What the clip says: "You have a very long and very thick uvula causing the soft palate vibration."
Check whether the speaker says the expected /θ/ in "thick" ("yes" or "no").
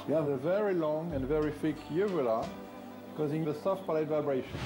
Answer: no